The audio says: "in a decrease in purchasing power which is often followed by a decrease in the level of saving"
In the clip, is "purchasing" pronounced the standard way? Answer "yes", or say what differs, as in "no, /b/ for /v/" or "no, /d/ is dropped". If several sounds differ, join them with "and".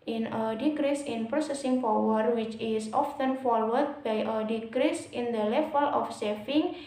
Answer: no, /s/ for /tʃ/